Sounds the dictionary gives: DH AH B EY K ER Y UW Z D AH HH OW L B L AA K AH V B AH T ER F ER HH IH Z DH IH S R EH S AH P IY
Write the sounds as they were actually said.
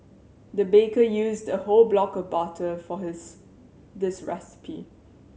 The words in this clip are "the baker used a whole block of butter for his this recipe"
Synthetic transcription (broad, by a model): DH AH B EY K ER Y UW Z D AH HH OW L B L AA K AH V B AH T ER F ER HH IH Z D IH S R EH S AH P IY